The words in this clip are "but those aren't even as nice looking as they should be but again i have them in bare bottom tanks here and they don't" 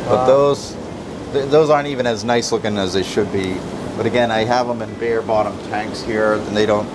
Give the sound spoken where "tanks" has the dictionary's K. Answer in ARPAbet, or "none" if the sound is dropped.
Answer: K